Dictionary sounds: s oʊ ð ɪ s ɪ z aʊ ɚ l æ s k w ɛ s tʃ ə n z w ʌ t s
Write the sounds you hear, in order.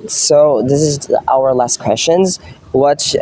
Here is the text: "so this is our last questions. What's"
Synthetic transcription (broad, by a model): s oʊ ð ɪ s ɪ z aʊ ɚ l æ s k w ɛ s tʃ ə n z w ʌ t